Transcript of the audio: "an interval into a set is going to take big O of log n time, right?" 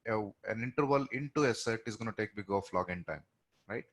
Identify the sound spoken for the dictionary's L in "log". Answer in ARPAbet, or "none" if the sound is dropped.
L